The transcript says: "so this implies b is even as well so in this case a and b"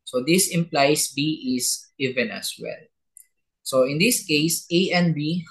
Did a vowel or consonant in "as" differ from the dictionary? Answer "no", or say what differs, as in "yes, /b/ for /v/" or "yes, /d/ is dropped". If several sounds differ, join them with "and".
yes, /s/ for /z/